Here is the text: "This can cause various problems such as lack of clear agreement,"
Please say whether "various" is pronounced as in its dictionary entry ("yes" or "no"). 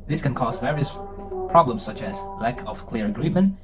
yes